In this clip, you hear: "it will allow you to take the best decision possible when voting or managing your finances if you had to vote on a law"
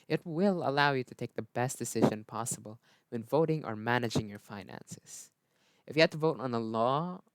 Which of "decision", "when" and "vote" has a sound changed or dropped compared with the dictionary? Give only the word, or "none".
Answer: none